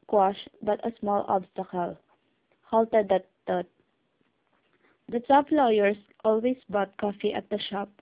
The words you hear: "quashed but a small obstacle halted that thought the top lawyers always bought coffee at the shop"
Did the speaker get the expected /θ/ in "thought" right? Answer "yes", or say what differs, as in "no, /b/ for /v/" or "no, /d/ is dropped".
no, /t/ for /θ/